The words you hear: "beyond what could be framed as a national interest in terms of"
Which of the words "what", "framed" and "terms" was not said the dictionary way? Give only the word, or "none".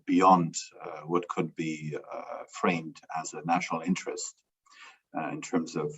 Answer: none